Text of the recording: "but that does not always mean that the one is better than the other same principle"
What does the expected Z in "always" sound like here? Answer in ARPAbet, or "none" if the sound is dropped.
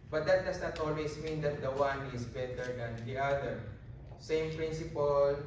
S